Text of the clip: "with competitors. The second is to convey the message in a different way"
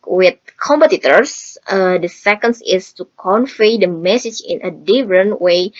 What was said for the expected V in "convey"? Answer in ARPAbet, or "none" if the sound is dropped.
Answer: F